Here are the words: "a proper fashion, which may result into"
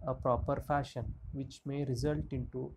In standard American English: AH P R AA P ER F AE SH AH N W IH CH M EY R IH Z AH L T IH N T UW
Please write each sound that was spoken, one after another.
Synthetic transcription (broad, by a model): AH P R AA P ER F AE SH AH N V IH CH M EY R IH Z AH L T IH N T UW